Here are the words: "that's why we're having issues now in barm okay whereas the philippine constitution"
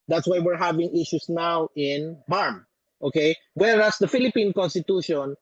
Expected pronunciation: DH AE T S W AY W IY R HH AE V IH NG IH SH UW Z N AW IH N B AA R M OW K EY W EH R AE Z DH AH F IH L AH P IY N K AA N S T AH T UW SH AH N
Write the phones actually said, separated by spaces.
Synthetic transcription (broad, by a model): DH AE T S W AY W IY R HH AE V IH NG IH SH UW S N AW IH N B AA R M OW K EY W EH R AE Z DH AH F IH L AH P IY N K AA N S T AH T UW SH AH N